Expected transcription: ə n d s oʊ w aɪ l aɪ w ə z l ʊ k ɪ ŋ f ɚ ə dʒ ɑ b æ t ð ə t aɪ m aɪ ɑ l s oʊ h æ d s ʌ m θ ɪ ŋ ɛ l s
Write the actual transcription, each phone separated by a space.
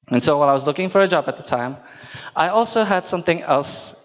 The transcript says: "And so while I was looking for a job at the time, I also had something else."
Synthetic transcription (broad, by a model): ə n s oʊ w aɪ n aɪ w ə z l ʊ k ɪ ŋ f ɚ ə dʒ ɑ b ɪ t ð ə t aɪ m aɪ ɑ l s oʊ h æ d s ʌ m θ ɪ ŋ ɛ l s